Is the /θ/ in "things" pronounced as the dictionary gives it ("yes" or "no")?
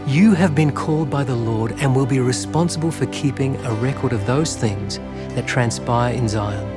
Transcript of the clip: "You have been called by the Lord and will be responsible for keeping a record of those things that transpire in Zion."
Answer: yes